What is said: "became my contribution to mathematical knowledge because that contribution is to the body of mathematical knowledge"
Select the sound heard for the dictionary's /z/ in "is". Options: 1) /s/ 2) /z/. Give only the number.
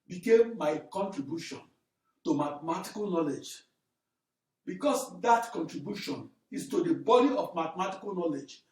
1